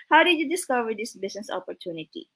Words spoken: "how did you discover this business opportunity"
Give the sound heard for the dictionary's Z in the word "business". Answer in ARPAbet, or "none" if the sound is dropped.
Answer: S